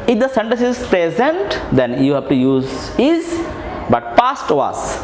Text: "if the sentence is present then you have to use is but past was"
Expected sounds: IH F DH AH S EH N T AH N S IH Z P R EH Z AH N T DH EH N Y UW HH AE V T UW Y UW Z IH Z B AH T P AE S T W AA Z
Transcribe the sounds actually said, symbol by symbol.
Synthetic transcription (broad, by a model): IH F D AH S EH N T AH N S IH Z P R EH Z AH N T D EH N Y UW HH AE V T UW Y UW Z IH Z B AH T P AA S T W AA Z